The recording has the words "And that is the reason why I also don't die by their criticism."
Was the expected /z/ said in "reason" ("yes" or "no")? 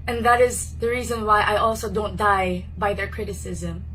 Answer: yes